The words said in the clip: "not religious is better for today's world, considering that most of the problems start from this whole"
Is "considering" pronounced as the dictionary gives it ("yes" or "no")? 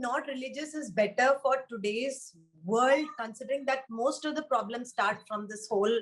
yes